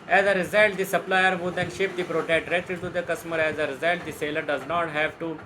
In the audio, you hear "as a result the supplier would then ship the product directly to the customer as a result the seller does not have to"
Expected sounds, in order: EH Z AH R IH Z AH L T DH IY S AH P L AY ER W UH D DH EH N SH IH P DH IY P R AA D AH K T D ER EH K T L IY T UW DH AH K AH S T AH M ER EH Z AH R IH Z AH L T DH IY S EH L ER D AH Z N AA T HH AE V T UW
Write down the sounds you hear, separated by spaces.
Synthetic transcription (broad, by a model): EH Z AH R IH Z AH L T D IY S AH P L AY ER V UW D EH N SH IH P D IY P R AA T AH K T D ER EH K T IY T UW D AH K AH S M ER EH Z AH R IH Z AH L T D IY S EH L ER D AH Z N AA T HH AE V T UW